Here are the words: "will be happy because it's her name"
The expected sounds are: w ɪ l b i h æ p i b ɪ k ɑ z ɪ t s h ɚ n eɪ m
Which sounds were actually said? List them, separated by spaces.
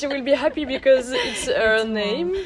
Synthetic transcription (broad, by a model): w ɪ l b i h æ p i b ɪ k ɑ z ɪ t s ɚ n eɪ m